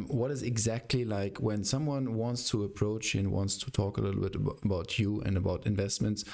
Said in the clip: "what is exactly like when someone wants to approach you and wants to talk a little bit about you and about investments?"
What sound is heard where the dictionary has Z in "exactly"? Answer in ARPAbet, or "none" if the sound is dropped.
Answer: Z